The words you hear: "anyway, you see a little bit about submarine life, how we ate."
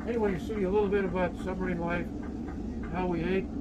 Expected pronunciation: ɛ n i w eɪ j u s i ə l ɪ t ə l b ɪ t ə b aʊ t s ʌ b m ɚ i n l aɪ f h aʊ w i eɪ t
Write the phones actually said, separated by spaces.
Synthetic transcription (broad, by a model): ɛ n i w eɪ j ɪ s i ə l ɪ t l b ɪ t ə b aʊ t s ʌ m ɚ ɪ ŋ l aɪ f h aʊ w i eɪ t